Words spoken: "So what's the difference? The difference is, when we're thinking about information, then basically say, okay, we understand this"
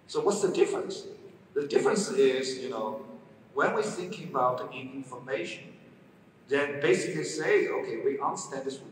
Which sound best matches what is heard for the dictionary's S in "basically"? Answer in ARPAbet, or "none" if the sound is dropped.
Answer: S